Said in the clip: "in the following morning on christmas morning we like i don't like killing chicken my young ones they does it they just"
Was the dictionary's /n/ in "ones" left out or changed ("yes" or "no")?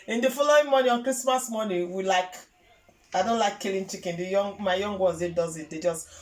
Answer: yes